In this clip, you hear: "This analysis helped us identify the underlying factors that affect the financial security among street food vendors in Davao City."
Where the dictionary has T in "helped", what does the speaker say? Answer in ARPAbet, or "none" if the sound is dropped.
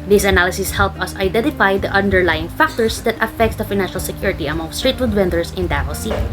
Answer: none